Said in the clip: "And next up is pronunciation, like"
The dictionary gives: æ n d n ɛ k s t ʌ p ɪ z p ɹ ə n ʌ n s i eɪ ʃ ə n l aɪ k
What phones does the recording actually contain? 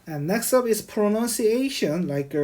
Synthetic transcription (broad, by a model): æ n n ɛ k s t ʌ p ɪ s p ɹ ə n ʌ n s i eɪ ʃ ə n l aɪ k